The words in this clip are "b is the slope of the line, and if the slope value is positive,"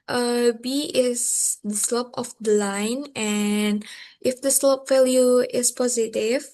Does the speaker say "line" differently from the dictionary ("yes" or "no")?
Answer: no